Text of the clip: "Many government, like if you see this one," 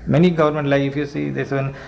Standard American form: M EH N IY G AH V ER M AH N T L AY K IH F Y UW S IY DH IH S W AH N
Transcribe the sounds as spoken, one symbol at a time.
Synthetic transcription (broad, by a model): M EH N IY G AH V ER M AH N T L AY IH F Y UW S IY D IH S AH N